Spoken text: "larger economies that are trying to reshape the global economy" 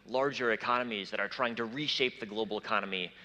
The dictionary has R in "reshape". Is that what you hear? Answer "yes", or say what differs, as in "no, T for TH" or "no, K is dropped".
yes